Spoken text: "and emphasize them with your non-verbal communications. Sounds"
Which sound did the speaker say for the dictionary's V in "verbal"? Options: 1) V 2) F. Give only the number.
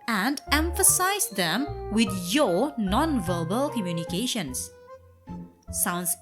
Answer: 1